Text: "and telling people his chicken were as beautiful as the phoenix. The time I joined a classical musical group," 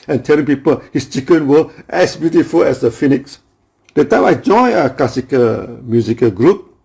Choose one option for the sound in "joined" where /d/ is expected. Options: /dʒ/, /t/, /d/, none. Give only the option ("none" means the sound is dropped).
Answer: none